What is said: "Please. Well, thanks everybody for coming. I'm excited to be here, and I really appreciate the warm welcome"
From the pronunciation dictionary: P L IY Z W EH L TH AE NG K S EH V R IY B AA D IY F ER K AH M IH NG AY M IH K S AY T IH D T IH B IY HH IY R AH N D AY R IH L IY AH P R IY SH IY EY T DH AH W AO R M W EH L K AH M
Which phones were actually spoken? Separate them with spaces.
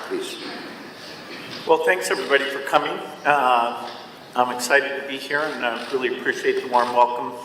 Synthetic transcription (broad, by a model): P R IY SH W EH L TH AE NG K S EH V R IY B AA D IY F ER K AH M IH NG AY M IH K S AY T IH D T IH B IY HH IY R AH N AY R IH L IY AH P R IY SH IY EY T DH AH W AO R M W EH L K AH M